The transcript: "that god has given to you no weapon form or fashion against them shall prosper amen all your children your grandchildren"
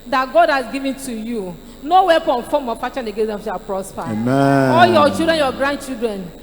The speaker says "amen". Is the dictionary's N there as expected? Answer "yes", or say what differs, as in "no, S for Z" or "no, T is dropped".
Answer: no, N is dropped